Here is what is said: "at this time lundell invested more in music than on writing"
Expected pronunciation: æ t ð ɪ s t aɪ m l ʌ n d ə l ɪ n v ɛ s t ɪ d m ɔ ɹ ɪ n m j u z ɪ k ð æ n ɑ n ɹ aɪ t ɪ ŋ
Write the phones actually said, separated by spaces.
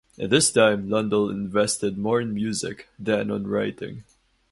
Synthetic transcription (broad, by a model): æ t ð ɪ s t aɪ m l ʌ n d ə l ɪ n v ɛ s t ɪ d m ɔ ɹ ɪ n m j u z ɪ k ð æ n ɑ n ɹ aɪ t ɪ ŋ